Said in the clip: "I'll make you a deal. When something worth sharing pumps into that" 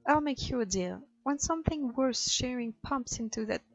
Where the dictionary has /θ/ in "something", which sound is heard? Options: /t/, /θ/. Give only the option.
/θ/